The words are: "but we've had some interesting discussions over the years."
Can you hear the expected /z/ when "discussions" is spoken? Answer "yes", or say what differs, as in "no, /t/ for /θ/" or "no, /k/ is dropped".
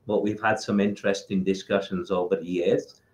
yes